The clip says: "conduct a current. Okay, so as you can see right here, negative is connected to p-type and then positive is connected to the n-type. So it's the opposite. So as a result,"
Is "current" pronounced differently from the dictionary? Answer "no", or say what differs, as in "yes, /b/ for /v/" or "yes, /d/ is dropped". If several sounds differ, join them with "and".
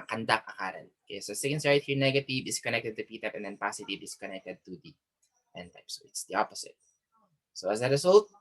yes, /t/ is dropped